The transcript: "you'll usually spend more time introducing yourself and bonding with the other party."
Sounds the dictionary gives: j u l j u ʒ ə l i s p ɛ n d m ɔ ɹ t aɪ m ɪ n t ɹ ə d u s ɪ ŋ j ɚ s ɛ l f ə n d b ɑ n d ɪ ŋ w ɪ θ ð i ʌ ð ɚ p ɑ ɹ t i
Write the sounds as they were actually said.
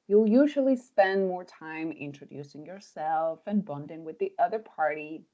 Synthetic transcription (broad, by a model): j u l j u ʒ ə l i s p ɛ n d m ɔ ɹ t aɪ m ɪ n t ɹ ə d u s ɪ ŋ j ɚ s ɛ l f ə n b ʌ n d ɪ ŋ w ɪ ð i ʌ ð ɚ p ɑ ɹ t i